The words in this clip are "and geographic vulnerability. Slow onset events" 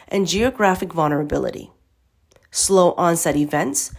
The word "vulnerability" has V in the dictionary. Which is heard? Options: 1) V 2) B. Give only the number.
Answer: 1